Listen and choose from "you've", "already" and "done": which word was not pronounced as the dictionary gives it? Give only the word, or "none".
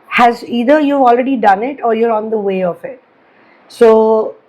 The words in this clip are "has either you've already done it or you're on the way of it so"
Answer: you've